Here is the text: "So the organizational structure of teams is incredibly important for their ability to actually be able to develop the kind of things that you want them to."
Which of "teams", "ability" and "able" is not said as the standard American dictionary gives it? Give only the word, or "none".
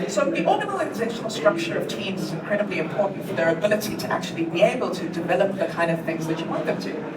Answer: none